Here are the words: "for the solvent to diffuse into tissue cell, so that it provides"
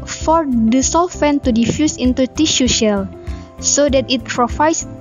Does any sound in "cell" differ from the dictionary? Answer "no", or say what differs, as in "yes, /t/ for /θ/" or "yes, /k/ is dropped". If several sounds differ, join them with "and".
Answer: yes, /ʃ/ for /s/